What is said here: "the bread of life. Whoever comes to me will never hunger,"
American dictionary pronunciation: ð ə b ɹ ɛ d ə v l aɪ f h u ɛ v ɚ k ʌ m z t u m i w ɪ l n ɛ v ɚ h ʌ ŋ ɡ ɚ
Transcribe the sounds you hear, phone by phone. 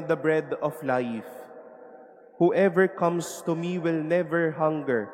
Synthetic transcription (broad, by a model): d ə b ɹ ɛ d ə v l aɪ f h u ɛ v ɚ k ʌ m s t u m i w ɪ l n ɛ v ɚ h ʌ ŋ ɡ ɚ